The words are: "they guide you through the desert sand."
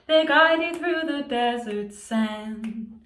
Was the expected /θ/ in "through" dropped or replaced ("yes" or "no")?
no